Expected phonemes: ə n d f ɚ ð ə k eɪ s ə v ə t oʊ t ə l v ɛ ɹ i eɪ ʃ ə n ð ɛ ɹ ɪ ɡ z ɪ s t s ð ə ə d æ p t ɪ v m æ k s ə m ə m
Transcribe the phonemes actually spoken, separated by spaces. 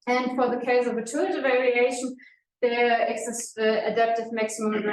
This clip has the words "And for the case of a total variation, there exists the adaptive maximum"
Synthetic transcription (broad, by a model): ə n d f ɚ ð ə k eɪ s ə v ə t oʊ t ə v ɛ ɹ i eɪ ʃ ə n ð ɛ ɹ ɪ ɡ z ɪ s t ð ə ə d æ p t ɪ v m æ k s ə m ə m